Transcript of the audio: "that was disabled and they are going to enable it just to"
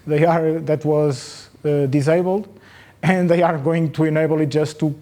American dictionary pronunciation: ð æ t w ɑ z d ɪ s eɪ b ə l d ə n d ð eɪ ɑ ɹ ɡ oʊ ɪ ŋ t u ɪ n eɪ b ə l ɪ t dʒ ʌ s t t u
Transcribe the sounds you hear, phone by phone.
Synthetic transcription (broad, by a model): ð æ t w ɑ z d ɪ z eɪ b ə l d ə n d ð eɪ ɑ ɹ ɡ oʊ ɪ ŋ t u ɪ n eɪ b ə l ɪ t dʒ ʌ s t t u